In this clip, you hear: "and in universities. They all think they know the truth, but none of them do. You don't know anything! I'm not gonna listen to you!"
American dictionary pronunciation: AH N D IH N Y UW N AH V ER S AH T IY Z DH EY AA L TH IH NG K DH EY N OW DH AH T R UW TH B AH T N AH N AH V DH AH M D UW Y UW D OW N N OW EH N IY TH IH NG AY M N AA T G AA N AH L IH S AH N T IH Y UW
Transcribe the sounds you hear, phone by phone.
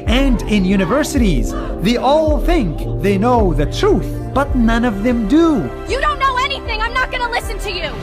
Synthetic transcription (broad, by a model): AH N D IH N Y UW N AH V ER S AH T IY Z DH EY AA L TH IH NG K DH EY N OW DH AH T R UW TH B AH T N AH N AH V DH AH M D UW Y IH D OW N N OW EH N IY TH IH NG AY M N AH T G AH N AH L IH S AH N T IH Y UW